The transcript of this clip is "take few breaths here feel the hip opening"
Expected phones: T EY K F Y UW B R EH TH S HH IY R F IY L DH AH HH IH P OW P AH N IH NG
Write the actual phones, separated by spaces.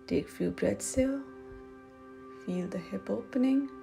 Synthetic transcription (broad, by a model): T EY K F Y UW B R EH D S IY L F IY L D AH HH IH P OW P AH N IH NG